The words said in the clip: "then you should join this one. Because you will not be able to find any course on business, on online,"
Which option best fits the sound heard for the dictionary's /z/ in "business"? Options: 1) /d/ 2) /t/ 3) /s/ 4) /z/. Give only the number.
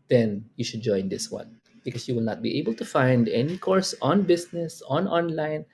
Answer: 3